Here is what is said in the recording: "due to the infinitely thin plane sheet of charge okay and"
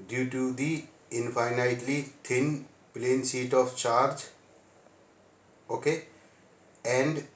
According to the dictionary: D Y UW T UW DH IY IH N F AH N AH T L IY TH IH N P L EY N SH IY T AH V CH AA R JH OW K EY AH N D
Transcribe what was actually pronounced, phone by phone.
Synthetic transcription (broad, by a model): D Y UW T UW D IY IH N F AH N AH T L IY T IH N P L EY N S IY T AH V CH AA R JH OW K EY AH N D